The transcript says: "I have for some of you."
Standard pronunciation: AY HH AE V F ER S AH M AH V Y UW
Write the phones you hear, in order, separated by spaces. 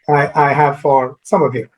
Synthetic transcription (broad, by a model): AY HH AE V F ER S AH M AH V Y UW